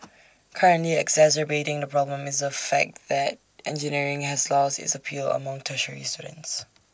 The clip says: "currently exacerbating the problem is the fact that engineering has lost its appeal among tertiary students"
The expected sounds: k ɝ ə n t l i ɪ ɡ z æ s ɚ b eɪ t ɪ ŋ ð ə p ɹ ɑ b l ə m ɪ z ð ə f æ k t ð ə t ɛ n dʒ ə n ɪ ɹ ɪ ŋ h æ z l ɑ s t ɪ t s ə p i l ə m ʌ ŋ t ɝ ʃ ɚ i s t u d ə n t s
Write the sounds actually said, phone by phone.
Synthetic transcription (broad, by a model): k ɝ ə n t l i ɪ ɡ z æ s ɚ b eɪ t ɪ ŋ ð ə p ɹ ɑ b l ə m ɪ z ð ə f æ k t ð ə t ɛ n dʒ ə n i ɹ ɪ ŋ h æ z l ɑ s ɪ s ə p i l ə m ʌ ŋ t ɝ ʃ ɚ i s t u d ə n t s